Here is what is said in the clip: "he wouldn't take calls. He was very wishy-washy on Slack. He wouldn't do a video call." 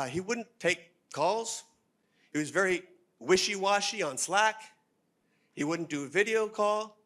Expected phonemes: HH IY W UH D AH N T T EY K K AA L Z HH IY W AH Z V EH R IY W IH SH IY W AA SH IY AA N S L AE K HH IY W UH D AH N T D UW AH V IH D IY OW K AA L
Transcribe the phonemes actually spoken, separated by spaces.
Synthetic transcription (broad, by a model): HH IY W UH D N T T EY K K AA L Z HH IY W AH Z V EH R IY W IH SH IY W AA SH IY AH N S L AE K HH IY W UH D N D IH AH V IH D IY OW K AA L